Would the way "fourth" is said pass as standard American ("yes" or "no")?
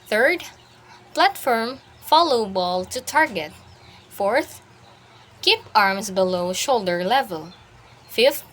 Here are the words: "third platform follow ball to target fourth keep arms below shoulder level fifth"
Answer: yes